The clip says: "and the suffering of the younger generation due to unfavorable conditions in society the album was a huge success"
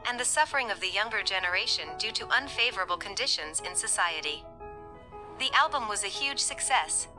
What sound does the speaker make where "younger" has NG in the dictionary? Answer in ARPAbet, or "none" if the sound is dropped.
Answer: NG